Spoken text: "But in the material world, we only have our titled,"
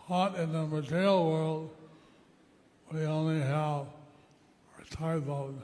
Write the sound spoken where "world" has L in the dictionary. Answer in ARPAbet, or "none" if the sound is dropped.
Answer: L